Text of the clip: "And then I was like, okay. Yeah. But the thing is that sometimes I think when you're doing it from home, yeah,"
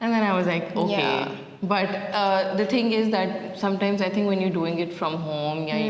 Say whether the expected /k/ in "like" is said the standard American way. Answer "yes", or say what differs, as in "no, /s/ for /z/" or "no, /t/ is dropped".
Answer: yes